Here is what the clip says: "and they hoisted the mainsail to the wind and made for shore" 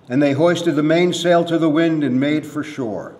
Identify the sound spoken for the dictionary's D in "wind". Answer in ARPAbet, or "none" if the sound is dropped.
D